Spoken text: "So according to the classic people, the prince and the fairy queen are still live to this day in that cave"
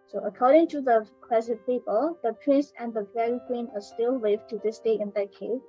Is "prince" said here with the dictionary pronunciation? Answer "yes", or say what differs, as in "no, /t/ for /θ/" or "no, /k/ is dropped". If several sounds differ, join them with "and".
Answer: yes